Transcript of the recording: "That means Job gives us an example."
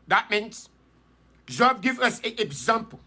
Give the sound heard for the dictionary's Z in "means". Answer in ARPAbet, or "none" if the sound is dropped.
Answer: S